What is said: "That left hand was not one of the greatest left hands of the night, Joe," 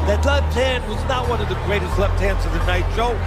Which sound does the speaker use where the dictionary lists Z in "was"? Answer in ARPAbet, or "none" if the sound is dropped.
Z